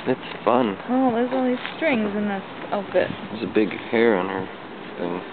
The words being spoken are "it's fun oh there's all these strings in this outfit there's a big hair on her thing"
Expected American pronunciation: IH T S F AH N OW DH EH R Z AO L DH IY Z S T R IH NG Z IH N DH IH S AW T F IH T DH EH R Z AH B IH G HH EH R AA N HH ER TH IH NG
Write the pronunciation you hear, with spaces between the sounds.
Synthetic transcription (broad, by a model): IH T S F AH N OW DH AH R Z AO N DH IY Z S T R IH NG Z IH N DH IH S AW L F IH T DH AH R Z AH B IH G HH EH R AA N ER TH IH NG